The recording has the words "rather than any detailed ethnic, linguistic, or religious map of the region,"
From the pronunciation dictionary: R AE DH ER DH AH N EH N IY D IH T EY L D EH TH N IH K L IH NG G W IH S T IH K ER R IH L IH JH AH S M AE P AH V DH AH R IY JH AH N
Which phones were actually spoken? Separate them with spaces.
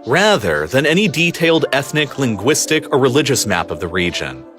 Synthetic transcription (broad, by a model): R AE DH ER DH AH N EH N IY D IH T EY L D EH TH N IH K L IH NG G W IH S T IH K ER R IH L IH JH AH S M AE P AH V DH AH R IY JH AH N